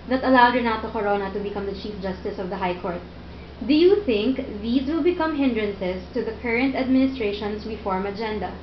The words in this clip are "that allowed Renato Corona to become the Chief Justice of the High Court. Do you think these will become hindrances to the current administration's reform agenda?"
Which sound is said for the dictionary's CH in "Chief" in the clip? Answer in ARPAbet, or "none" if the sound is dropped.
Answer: CH